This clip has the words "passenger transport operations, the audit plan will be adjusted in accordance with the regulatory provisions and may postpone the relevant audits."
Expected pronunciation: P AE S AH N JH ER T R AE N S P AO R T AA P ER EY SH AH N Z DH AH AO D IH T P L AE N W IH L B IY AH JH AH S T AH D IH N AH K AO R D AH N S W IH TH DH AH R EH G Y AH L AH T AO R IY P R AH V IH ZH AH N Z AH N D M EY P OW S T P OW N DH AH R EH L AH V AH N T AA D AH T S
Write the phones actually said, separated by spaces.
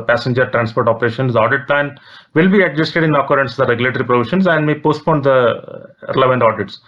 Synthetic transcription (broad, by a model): P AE S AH N JH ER T R AE N S P AO R T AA P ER EY SH AH N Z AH AO D IH T P L AE N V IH L B IY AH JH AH S T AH D IH N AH K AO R D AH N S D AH R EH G Y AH L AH T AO R IY P R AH V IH SH AH N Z AH N D M EY P OW S T P OW N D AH R EH L AH V AH N T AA D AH T S